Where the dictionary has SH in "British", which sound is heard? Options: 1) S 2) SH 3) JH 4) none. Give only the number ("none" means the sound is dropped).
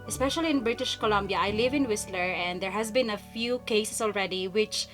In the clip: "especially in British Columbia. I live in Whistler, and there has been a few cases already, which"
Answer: 2